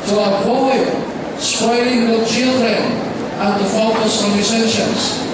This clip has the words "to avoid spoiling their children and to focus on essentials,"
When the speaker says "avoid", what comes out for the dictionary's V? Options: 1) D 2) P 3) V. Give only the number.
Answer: 2